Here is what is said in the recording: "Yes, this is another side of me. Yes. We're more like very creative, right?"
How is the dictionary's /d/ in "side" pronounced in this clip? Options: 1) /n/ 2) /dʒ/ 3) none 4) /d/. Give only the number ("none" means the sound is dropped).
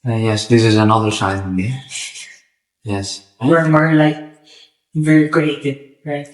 3